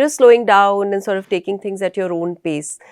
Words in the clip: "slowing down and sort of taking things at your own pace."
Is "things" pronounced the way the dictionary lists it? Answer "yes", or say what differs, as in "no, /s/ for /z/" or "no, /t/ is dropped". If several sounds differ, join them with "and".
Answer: no, /t/ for /θ/